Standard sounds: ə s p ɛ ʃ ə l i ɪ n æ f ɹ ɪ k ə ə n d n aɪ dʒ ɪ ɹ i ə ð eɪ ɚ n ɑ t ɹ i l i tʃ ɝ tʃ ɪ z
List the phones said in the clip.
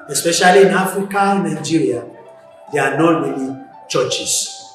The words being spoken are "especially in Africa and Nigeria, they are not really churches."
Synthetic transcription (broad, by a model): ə s p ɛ ʃ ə l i ɪ n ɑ f ɹ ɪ k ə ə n n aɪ dʒ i ɹ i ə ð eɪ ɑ n ɑ t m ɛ n i tʃ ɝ tʃ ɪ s